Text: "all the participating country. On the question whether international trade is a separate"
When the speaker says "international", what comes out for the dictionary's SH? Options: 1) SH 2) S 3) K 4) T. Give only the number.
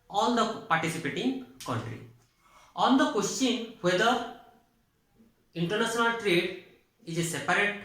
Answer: 2